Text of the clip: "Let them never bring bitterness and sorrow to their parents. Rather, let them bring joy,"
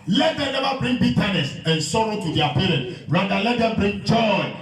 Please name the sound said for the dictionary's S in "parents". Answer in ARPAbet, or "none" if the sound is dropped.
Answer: none